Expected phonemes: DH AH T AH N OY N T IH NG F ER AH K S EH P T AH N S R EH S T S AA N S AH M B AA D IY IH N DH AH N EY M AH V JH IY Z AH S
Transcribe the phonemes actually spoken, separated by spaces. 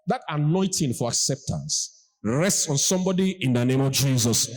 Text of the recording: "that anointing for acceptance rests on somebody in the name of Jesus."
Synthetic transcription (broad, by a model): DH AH T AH N OY N T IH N F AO AH K S EH P T AH N S R EH S T S AA N S AH M B AA D IY IH N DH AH N EY M AH V JH IY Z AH S